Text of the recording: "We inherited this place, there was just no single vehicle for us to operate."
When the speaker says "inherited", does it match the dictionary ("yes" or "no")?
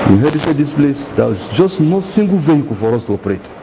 no